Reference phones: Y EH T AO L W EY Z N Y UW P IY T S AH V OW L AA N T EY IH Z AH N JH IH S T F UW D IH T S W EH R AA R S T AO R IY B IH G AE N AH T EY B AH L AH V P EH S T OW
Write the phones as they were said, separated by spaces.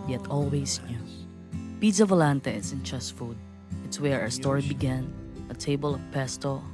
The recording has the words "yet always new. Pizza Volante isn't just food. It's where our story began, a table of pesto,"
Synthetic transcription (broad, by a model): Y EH T AO L W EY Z N Y UW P IY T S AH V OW L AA N T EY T S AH N CH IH S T F UW D IH T S W EH R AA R S T AO R IY B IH G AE N AH T EY B AH L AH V P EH S T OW